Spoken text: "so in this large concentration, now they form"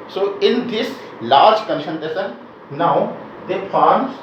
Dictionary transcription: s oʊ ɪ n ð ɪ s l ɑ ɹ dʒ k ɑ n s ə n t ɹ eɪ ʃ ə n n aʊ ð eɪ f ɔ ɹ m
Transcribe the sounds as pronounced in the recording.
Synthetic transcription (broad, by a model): s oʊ ɪ n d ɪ s l ɑ ɹ dʒ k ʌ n ʃ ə n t eɪ s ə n n aʊ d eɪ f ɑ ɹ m